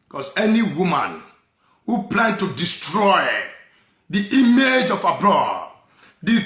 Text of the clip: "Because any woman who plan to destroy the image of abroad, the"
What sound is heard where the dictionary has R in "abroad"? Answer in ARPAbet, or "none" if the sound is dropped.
L